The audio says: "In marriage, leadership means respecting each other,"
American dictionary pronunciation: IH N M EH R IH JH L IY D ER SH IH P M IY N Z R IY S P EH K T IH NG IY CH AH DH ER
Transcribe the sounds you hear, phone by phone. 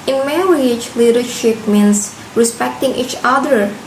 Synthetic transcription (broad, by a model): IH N M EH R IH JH L IY D ER SH IH P M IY N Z R IY S P EH K T IH NG IY CH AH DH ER